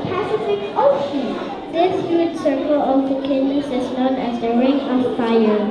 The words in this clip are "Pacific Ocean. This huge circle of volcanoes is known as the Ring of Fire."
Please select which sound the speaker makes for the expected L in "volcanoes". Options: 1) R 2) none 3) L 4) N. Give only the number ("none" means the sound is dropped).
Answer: 2